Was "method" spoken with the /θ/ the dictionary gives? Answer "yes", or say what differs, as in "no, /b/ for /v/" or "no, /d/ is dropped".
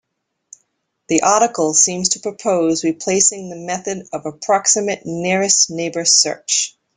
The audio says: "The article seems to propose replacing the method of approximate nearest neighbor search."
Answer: yes